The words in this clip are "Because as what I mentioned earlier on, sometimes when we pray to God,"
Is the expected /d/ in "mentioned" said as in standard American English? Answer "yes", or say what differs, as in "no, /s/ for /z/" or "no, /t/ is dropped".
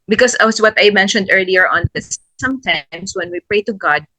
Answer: yes